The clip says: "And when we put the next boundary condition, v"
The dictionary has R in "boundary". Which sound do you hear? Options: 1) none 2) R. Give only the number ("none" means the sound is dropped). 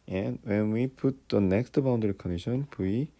1